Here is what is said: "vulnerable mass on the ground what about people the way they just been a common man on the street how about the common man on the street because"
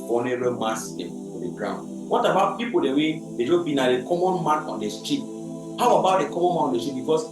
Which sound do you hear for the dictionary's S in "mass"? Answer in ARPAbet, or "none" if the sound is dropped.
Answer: none